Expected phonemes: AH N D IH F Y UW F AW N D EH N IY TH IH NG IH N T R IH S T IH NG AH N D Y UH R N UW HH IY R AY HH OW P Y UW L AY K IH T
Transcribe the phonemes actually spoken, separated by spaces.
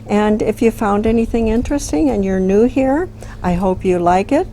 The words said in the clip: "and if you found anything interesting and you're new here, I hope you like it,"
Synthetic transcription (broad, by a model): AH N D IH F Y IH F AW N D EH N IY TH IH NG IH N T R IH S T IH NG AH N Y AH R N UW HH IY R AY HH OW P Y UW L AY K IH T